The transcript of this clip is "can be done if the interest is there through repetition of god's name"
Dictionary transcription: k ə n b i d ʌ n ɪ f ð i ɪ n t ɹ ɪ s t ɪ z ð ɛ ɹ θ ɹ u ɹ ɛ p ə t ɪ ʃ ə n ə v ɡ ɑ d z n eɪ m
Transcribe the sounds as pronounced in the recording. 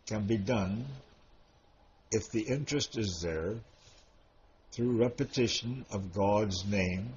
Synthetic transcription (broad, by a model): k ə n b i d ʌ n ɪ f ð i ɪ n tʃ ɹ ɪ s t ɪ z ð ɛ ɹ θ ɹ u ɹ ɛ p ə t ɪ ʃ ə n ə v ɡ ɑ d z n eɪ m